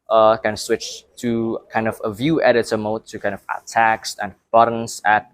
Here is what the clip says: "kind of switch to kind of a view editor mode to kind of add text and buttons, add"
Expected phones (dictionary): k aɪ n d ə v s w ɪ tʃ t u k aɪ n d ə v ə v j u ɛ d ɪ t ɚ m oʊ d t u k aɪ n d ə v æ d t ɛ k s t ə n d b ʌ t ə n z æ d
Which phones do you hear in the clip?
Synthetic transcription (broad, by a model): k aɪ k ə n s w ɪ tʃ t u k aɪ n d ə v ə v j u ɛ d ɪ t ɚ m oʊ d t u k aɪ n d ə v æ t ɛ k s t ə n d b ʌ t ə n s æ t